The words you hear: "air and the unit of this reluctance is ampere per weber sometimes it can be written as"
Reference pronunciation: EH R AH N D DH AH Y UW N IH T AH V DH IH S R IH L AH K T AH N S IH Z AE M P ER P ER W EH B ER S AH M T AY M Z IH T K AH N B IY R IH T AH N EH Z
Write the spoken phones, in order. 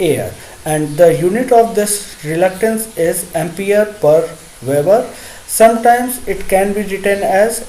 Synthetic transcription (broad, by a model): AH R AH N D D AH Y UW N IH T AH V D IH S R IH L AH K T AH N S IH Z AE M P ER P ER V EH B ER S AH M T AY M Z IH T K AH N B IY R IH T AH N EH Z